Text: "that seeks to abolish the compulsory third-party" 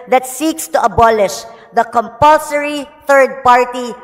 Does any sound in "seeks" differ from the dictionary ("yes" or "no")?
no